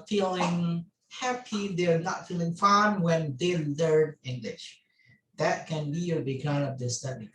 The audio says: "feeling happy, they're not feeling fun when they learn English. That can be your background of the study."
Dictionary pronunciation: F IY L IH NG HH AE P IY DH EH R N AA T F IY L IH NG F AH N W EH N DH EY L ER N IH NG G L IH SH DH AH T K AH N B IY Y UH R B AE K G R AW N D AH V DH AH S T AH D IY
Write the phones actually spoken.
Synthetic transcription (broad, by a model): F IY L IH NG HH AE P IY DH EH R N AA T F IY L IH NG F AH N W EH N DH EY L ER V IH NG G L IH SH DH AH T K AH N B IY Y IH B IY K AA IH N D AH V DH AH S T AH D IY